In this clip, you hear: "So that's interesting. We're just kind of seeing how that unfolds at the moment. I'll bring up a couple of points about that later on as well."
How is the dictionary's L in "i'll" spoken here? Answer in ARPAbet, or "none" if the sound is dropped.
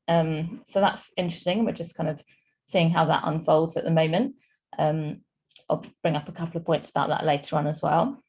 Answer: L